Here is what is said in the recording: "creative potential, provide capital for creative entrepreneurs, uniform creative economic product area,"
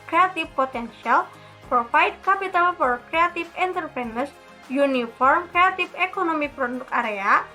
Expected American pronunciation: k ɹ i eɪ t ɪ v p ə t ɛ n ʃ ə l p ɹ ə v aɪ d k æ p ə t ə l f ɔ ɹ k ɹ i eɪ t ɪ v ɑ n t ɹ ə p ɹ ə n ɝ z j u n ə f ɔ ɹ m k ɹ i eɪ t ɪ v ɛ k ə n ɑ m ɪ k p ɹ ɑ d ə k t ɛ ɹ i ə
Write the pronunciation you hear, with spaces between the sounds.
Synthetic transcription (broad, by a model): k ɹ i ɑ t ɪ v p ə t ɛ n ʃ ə l p ɹ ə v aɪ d k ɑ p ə t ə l f ɔ ɹ k ɹ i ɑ t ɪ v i n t ə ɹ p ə n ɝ s j u n ə f ɔ ɹ m k ɹ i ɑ t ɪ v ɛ k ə n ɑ m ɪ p ɹ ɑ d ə k ɑ ɹ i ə